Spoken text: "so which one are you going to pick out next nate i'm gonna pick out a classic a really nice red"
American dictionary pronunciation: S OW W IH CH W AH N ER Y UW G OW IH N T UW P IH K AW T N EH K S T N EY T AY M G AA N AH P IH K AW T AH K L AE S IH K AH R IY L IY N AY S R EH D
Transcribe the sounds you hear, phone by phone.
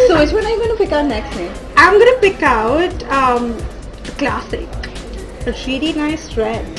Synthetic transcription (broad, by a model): S OW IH S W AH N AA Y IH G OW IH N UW P IH K AW T N EH K S T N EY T AY M G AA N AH P IH K AW T AH K L AE S IH K AH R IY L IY N AY S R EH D